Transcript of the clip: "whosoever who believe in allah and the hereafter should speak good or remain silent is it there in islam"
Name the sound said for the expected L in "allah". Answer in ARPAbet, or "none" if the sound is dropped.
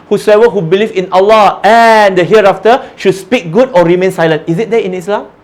L